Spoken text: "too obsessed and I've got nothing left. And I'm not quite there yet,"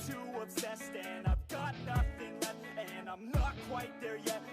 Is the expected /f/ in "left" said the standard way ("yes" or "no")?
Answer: no